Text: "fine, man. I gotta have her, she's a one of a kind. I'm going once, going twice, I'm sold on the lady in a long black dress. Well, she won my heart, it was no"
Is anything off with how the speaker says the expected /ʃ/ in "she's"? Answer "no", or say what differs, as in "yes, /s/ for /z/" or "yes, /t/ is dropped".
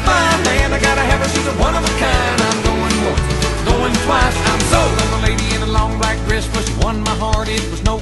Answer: yes, /s/ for /ʃ/